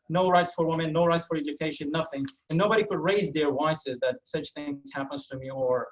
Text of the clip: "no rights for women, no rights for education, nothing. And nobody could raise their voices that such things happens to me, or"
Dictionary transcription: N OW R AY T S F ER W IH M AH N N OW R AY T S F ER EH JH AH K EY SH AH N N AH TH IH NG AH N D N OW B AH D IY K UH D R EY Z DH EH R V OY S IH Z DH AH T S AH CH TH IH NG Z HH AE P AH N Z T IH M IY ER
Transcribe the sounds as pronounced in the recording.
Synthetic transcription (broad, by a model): N OW R AY T S F ER W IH M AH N N OW R AY T S F ER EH JH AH K EY SH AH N N AH TH IH NG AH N N OW B AH D IY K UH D R EY Z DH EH R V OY S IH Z DH AH T S AH CH TH IH NG Z HH AE P AH N Z T IH M IY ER